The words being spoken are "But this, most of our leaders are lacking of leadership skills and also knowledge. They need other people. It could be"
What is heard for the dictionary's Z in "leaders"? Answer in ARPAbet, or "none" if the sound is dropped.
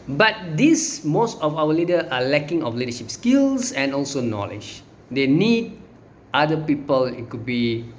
none